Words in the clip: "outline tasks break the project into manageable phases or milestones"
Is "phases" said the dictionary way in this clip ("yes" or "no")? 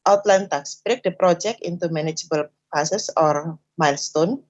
no